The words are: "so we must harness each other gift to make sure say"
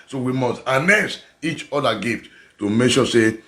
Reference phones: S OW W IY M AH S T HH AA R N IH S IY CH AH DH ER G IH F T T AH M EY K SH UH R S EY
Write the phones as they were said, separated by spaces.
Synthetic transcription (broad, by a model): S OW W IY M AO S T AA N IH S IY CH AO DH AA G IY F T T AH M EY K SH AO S EY